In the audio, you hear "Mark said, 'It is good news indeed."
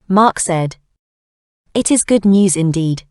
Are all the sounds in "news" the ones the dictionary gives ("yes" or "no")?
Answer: yes